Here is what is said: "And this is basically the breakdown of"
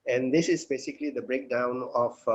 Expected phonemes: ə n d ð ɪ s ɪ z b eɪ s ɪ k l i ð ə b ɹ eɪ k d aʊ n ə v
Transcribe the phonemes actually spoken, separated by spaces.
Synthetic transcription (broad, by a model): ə n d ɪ s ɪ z b eɪ s ɪ k l i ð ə b ɹ eɪ k d aʊ n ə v